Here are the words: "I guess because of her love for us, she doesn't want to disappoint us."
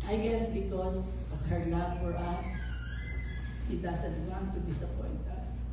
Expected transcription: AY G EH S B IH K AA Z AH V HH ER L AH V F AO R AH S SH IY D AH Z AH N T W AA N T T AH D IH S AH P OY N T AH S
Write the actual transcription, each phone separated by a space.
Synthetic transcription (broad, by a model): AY G EH S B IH K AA S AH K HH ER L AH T F AO R AH S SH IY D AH S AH N T W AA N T T AH D IH S AH P OY N T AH S